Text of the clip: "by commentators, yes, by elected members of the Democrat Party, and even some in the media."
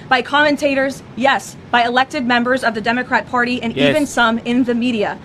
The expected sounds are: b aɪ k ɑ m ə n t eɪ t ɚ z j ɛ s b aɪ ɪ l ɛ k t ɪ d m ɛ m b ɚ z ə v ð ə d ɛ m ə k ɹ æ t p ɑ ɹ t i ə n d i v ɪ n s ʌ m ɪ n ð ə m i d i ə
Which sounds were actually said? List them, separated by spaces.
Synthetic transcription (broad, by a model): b aɪ k ɑ m ə n t eɪ t ɚ z j ɛ s b aɪ ɪ l ɛ k t ɪ d m ɛ m b ɚ z ə v ð ə d ɛ m ə k ɹ æ t p ɑ ɹ t i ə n i v ɪ n s ʌ m ɪ n ð ə m i d i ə